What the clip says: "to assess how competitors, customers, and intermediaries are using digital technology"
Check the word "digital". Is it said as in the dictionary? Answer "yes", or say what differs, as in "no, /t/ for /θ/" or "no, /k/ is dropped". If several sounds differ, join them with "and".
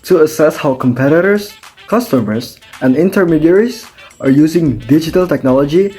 yes